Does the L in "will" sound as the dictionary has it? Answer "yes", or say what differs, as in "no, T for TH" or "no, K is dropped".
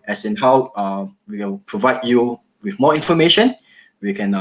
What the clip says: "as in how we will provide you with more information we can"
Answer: no, N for L